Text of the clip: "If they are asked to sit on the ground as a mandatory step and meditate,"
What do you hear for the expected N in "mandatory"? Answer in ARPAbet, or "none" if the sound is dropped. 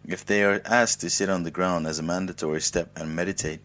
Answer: N